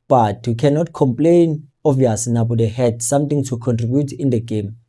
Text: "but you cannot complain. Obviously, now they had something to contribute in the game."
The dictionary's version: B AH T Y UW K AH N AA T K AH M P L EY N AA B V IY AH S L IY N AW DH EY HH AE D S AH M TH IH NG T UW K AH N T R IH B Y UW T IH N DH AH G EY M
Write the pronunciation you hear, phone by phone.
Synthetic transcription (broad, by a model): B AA T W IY K AH N AA T K AH M P L EY N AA V IY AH S N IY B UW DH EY HH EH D S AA M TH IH NG T UW K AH N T R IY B Y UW T IH N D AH G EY M